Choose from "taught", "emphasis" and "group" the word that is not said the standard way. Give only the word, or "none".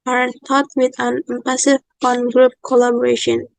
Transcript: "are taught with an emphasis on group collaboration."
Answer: emphasis